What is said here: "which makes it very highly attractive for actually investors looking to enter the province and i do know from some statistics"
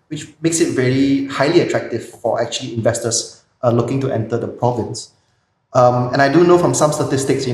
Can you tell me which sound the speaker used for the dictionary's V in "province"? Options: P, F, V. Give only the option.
V